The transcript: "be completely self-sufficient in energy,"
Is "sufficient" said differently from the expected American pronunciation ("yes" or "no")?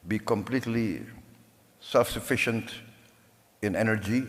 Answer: no